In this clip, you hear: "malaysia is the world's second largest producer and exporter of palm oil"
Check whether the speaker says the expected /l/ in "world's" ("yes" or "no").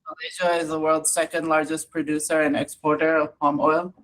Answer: yes